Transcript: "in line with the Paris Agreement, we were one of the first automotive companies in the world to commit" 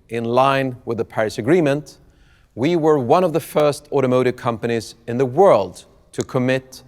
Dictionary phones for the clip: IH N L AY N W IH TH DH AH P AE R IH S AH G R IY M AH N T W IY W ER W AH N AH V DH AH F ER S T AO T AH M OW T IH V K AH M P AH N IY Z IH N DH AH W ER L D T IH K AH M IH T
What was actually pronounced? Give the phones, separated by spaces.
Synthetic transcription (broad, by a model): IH N L AY N W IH DH AH P AE R IH S AH G R IY M AH N T W IY W ER W AH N AH V DH AH F ER S T AO T AH M OW T IH V K AH M P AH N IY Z IH N DH AH W ER L D T IH K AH M IH T